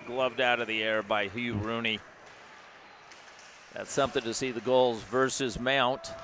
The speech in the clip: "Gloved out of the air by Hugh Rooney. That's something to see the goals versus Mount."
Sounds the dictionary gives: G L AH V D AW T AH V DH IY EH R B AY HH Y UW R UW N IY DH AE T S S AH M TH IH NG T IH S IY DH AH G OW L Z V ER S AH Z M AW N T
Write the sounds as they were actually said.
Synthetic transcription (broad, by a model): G L AH V D AW T AH V DH IY EH R B AY HH Y UW R UW N IY DH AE T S S AH M TH IH NG T IH S IY DH AH G OW L Z V ER S AH Z M AW N T